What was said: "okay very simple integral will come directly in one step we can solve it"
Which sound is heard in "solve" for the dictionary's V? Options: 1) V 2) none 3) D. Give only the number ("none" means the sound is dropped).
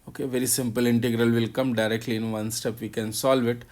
1